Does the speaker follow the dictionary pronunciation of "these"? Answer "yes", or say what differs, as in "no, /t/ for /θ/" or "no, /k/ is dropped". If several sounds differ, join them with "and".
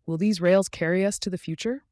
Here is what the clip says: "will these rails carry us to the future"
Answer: yes